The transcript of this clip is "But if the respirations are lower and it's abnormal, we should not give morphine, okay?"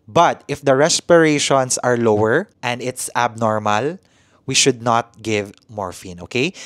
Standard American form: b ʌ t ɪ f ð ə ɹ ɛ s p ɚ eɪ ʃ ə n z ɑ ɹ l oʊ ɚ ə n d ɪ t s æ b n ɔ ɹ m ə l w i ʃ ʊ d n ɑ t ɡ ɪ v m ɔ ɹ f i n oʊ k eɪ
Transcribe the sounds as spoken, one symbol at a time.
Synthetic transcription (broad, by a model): b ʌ t ɪ f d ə ɹ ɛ s p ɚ eɪ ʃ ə n s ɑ ɹ l oʊ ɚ ə n d ɪ t s æ b n ɔ ɹ m ə l w i ʃ ʊ d n ɑ t ɡ ɪ v m ɔ ɹ f i n oʊ k eɪ